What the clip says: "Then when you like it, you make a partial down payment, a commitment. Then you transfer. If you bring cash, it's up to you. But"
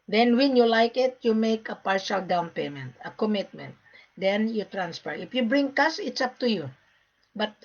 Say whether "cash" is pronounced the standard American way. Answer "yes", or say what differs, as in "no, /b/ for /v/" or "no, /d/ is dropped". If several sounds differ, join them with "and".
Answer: no, /s/ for /ʃ/